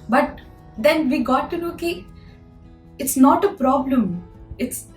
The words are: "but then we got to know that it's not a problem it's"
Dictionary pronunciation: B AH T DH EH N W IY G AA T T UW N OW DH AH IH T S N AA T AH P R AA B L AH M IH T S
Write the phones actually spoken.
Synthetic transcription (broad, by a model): B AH T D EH N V IY G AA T T UW L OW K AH IH T S N AA T AH P R AA B L AH M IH T S